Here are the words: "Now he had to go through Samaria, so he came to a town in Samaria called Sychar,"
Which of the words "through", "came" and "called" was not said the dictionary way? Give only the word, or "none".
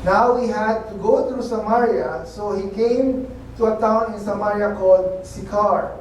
through